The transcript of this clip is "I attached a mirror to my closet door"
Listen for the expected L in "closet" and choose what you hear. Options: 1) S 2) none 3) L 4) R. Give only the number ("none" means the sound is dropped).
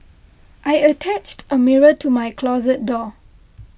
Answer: 3